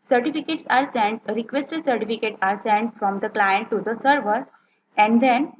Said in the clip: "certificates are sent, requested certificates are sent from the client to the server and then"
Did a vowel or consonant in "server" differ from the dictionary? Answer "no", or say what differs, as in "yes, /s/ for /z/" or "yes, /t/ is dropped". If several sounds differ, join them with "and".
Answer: no